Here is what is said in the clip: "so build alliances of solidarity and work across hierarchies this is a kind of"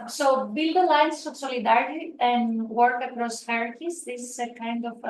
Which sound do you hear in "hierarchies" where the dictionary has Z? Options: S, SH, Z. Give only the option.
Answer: S